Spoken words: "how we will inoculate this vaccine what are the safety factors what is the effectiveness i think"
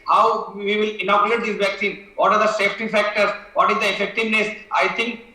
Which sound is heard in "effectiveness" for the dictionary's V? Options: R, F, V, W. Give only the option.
V